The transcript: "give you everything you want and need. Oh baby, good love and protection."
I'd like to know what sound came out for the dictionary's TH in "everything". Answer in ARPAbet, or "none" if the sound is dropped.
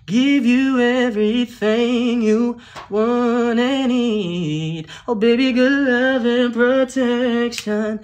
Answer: TH